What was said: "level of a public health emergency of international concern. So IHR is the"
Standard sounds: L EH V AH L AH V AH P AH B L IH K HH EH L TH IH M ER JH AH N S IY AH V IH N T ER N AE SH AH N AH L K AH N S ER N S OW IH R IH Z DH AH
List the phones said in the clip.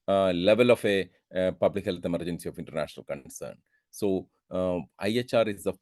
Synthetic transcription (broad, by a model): L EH V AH L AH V AH P AH B L IH K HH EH L T IH M ER JH AH N S IY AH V IH N T ER N AE SH AH N AH L K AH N S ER N S OW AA R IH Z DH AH